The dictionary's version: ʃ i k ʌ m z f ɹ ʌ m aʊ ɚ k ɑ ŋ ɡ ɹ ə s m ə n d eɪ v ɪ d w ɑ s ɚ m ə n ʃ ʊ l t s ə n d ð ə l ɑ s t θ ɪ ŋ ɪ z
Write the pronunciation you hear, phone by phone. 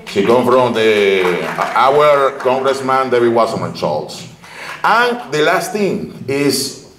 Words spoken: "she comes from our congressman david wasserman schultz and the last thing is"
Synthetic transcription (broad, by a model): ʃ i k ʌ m f ɹ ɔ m aʊ ɚ k ɑ ŋ ɡ ɹ ə s m ə n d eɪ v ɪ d w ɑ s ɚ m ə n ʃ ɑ l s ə n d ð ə l ɑ s t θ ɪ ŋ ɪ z